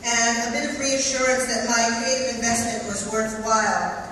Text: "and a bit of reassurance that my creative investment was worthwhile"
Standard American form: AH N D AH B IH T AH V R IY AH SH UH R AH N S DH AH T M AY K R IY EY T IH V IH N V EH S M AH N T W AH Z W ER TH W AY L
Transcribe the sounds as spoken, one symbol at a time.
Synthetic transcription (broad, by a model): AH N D AH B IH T AH V R IY AH SH UH R AH N S DH AH T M AY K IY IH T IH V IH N V EH S M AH N T W AH Z W ER TH W AY L